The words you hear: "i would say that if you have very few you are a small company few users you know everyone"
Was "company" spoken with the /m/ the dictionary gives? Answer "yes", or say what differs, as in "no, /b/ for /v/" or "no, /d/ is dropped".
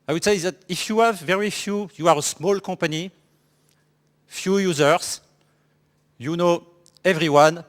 no, /m/ is dropped